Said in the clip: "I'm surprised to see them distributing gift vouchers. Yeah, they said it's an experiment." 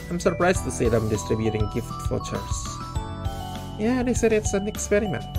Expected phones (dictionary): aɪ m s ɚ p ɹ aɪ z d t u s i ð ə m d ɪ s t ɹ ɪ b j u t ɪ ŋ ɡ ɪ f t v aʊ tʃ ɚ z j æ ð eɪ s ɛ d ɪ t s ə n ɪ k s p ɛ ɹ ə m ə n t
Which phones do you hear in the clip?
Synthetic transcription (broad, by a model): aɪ m s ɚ p ɹ aɪ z t u s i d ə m d ɪ s t ɹ ɪ b j u t ɪ ŋ ɡ ɪ f t f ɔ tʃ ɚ s j æ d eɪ s ɛ d ɪ t s ə n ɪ k s p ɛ ɹ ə m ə n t